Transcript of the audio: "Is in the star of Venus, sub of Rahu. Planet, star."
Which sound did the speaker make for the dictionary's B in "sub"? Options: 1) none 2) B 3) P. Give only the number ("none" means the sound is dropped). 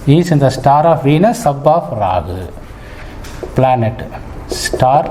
2